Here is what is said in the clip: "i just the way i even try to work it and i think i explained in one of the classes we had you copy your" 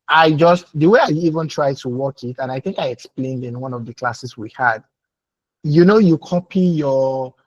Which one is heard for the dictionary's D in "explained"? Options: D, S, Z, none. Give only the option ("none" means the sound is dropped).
D